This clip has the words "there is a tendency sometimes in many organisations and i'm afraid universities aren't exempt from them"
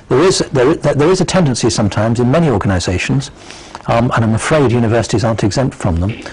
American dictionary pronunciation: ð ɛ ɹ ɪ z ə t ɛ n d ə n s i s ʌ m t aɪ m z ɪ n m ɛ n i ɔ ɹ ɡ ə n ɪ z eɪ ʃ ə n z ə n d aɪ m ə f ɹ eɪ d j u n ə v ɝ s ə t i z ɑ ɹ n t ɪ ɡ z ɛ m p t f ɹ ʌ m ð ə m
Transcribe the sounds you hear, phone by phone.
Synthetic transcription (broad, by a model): ð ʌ ɹ ɪ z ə t ɛ n d ə n s i s ʌ m t aɪ m z ɪ n m ɛ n i ɔ ɹ ɡ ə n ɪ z eɪ ʃ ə n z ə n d aɪ m ə f ɹ eɪ d j u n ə v ɝ s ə t i z ɑ ɹ n t ɪ ɡ z ɛ m p t f ɹ ʌ m ð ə m